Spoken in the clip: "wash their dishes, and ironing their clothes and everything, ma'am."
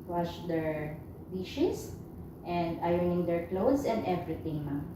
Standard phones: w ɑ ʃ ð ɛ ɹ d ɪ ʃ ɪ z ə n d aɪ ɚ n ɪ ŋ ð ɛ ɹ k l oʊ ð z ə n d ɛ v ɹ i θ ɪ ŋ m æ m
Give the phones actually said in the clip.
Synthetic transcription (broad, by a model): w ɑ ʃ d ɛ ɹ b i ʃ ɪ s ə n d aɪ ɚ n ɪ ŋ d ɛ ɹ k l oʊ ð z ə n d ɛ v ɹ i t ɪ ŋ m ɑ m